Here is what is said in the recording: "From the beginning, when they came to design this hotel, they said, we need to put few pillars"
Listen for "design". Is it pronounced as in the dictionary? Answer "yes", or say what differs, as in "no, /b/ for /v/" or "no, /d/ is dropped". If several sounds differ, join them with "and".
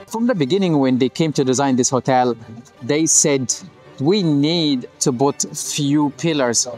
yes